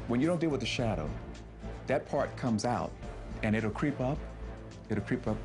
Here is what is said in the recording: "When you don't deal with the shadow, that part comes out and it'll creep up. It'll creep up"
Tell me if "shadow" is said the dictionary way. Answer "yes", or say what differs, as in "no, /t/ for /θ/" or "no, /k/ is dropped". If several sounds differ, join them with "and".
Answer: yes